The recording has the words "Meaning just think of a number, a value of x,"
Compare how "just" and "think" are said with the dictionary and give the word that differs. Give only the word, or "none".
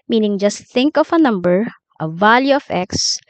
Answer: none